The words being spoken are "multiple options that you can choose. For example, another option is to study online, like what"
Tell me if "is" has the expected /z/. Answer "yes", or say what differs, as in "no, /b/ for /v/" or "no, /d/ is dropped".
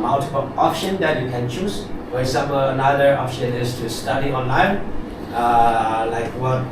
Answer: no, /s/ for /z/